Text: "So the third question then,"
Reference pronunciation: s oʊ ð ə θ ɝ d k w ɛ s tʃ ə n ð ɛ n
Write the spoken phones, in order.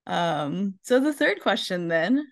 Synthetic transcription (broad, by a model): s oʊ ð ə θ ɝ d k w ɛ s tʃ ə n ð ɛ n